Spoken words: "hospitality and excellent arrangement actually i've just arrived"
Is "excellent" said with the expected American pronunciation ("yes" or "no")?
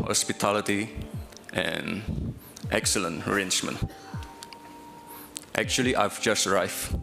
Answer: yes